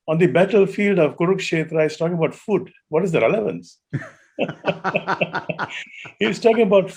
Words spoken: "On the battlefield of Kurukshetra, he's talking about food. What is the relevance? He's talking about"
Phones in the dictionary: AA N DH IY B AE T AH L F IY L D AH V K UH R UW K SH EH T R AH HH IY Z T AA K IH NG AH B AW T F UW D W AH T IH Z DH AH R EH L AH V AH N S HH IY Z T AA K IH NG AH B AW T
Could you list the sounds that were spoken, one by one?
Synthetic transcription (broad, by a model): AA N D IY B AE T AH L F IY L D AH V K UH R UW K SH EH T R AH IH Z T AA K IH NG AH B AW T F UW D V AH T IH Z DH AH R EH L AH V AH N S HH IY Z T AA K IH NG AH B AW T